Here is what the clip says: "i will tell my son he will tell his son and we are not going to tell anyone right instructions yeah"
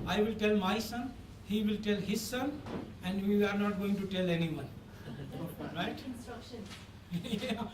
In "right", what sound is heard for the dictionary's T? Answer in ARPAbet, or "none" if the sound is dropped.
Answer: none